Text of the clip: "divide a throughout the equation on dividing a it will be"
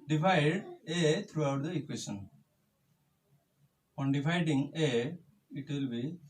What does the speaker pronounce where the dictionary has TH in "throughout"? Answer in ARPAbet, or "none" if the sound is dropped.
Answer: T